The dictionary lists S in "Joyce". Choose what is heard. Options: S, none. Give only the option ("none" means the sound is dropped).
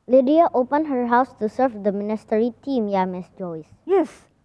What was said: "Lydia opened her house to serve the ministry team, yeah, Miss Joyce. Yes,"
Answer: S